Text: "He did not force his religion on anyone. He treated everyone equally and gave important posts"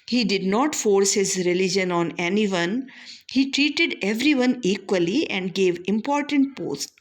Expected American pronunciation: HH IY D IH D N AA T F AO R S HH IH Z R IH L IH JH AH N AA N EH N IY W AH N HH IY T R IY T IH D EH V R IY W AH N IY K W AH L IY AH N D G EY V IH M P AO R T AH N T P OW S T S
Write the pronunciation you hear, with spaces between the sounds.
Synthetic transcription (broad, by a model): HH IY D IH D N AA T F AO R S HH IH Z R IH L IH JH AH N AA N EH N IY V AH N HH IY T R IY T IH D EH V R IY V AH N IY K W AH L IY AH N D G EY V IH M P AO R T AH N T P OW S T